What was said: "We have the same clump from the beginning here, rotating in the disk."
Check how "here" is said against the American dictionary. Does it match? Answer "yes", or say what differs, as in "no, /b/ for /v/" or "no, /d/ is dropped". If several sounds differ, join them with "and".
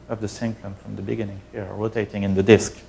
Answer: yes